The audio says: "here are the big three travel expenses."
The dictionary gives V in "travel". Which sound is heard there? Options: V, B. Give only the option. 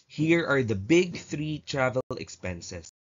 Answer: V